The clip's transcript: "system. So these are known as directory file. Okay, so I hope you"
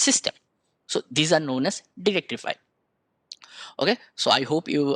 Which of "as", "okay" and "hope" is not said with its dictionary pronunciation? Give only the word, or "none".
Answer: as